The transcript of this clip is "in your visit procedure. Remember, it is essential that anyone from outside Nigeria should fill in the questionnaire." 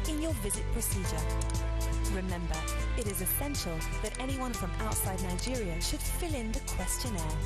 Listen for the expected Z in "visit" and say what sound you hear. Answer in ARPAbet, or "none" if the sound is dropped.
Z